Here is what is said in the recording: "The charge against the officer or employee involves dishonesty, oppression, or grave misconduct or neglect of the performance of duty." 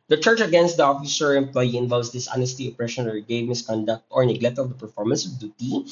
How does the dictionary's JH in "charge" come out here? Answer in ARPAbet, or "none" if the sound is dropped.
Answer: CH